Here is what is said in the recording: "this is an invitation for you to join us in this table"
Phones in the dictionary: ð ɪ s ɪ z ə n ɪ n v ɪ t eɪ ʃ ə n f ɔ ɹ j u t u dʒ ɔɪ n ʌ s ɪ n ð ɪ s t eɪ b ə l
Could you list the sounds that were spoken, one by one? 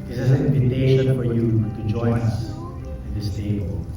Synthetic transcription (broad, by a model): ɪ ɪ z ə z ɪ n ɪ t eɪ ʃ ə f ɔ ɹ j u t u dʒ ɔɪ n ʌ s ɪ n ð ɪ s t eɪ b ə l